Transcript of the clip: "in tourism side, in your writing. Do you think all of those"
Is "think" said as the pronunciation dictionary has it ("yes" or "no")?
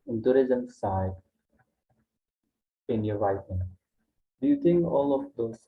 no